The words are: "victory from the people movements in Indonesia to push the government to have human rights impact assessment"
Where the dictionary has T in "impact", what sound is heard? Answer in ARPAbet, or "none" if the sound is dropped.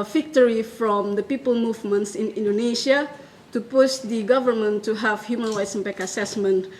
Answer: none